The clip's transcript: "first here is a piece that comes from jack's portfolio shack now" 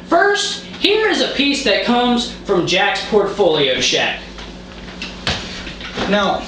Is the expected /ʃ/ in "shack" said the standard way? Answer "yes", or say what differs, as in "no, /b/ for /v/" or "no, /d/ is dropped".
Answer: yes